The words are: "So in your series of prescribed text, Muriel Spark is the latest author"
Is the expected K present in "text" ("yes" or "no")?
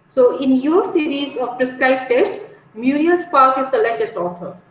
no